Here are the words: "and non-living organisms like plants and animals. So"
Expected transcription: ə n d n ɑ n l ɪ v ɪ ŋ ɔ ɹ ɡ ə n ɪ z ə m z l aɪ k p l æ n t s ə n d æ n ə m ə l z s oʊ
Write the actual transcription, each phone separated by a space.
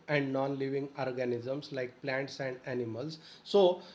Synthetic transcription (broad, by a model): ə n d n ɑ n l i v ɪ ŋ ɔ ɹ ɡ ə n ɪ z ə m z l aɪ k p l æ n t s ə n d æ n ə m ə l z s oʊ